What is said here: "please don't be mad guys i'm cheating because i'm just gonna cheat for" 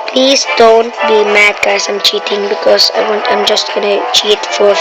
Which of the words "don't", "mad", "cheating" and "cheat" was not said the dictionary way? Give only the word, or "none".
none